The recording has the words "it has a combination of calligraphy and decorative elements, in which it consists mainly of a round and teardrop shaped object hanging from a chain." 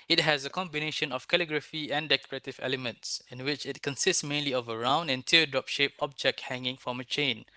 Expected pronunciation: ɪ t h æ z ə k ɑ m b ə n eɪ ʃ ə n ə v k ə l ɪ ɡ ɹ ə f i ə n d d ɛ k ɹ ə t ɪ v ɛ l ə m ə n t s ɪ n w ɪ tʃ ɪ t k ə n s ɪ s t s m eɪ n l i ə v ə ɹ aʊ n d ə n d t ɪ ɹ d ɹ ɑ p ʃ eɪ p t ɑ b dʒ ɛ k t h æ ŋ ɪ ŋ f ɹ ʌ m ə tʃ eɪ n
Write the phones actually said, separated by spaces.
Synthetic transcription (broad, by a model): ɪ t h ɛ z ə k ɑ m b ə n eɪ ʃ ə n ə f k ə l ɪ ɡ ɹ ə f i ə n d d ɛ k ɹ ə t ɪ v ɛ l ə m ə n t s ɪ n w ɪ tʃ ɪ t k ə n s ɪ s t s m eɪ n l i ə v ə ɹ aʊ n d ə n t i d ɹ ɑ p ʃ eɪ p ɑ b dʒ ɛ k t h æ ŋ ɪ ŋ f ɹ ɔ m ə tʃ eɪ n